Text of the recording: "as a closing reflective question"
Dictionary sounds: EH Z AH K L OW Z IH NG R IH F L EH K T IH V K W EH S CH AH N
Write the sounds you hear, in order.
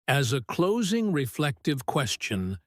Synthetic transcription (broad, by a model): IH Z AH K L OW Z IH NG R IH F L EH K T IH V K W EH S CH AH N